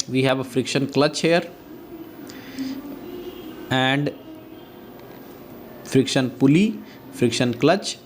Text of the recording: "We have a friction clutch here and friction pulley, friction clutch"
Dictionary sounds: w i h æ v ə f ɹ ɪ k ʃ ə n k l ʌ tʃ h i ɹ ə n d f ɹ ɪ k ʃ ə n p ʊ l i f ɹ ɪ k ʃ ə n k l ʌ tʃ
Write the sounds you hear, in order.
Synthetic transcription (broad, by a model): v i h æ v ə f ɹ ɪ k ʃ ə n k l ʌ tʃ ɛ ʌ ɹ ə n d f ɹ ɪ k ʃ ə n p ʊ l i f ɹ ɪ k ʃ ə n k l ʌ tʃ